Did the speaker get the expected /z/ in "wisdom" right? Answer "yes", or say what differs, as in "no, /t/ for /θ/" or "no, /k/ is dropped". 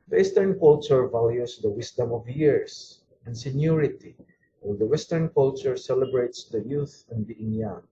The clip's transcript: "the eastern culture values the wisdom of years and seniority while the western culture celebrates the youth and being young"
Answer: no, /s/ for /z/